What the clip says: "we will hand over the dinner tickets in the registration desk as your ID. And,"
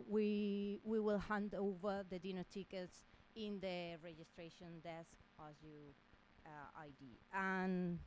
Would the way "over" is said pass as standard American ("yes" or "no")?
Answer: yes